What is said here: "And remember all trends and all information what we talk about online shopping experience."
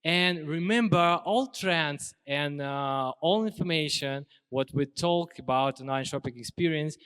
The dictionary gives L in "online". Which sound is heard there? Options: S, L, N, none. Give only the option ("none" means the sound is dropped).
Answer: none